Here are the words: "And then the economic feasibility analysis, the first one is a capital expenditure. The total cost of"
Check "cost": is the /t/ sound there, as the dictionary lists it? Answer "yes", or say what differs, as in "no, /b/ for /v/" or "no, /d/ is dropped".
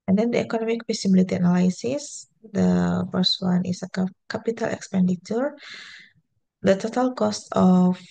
yes